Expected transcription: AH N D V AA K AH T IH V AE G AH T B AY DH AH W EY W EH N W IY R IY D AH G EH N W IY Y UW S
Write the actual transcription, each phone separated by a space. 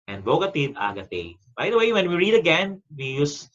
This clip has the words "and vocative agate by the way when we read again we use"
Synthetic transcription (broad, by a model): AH N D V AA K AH T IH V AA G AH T B AY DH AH W EY W EH N W IY R IY D AH G EH N W IY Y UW S